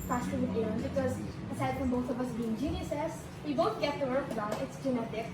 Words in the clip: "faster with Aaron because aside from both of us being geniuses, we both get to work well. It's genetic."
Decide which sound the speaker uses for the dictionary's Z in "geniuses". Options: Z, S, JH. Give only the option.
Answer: S